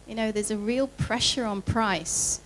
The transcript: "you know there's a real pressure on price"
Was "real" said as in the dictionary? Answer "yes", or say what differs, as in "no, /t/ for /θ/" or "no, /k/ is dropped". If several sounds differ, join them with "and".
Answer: yes